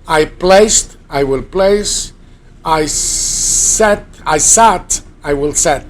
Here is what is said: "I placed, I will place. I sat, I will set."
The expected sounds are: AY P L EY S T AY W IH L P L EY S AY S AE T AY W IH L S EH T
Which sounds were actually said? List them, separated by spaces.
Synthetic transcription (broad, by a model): AY P L EY S T AY W IH L P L EY S AY S AE T AY W IH L S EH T